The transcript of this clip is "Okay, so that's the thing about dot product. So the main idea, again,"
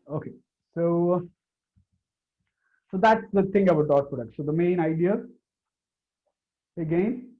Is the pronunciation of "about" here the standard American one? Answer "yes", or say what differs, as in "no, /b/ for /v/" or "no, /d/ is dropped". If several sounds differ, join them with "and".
no, /b/ is dropped